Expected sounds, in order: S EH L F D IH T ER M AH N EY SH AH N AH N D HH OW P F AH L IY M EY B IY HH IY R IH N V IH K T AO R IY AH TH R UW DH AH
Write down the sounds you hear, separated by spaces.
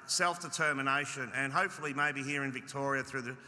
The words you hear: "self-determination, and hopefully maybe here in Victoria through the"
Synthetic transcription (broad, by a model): S EH L F D IH T ER M AH N EY SH AH N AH N HH OW P F L IY M EY B IY HH IY R IH N V IH K T AO R IY AH TH R UW DH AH